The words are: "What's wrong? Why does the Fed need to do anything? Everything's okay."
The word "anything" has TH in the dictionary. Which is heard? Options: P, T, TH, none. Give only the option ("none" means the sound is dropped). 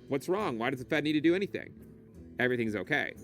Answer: TH